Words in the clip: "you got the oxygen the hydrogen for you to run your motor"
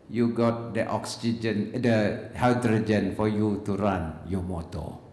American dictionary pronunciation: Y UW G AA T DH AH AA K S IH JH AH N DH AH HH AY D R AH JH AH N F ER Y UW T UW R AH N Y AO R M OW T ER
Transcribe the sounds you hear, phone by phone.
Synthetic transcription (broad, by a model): Y UW G AA T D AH AA K S IH JH AH N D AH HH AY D R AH JH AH N F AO Y UW T UW R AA N Y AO M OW T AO